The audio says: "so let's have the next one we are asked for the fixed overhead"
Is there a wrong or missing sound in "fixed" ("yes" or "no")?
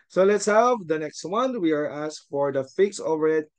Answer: yes